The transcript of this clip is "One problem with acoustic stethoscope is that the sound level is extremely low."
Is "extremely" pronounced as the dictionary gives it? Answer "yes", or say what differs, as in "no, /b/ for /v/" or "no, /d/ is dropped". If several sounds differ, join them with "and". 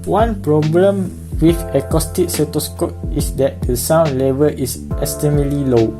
no, /k/ is dropped and /ɹ/ is dropped